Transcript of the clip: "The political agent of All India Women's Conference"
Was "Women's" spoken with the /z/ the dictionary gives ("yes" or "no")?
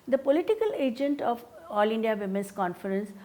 no